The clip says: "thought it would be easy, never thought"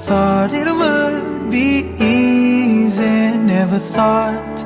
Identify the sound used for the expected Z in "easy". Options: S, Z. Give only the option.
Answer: Z